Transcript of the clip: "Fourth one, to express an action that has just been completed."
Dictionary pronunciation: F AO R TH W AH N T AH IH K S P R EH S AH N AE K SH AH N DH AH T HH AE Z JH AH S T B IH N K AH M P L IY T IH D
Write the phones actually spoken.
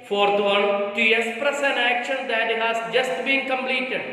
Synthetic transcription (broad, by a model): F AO R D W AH L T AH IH S P R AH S AH N AE K SH AH N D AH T HH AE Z JH AH S T B IH N K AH M P L IY T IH D